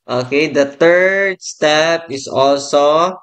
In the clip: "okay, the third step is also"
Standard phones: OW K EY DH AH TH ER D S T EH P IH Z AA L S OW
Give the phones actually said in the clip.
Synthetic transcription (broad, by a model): OW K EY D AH T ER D S T EH P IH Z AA L S OW